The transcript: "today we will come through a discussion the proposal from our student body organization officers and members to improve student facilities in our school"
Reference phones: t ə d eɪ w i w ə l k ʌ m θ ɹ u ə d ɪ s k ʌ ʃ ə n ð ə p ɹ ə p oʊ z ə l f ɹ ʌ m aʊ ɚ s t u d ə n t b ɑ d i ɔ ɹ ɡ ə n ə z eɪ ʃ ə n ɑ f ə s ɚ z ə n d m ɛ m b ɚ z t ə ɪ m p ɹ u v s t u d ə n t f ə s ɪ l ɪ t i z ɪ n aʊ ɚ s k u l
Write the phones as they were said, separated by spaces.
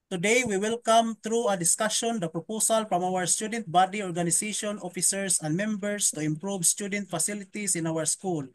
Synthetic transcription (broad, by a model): t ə d eɪ w i w ə l k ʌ m t ɹ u ə d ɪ s k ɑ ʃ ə n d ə p ɹ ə p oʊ s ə l f ɹ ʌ m aʊ ɚ s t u d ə n t b ɑ d i ɔ ɹ ɡ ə n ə s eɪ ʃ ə n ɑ f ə s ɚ s ə n d m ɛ m b ɚ s t ə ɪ m p ɹ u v s t u d ə n t f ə s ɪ l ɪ t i s ɪ n aʊ ɚ s k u l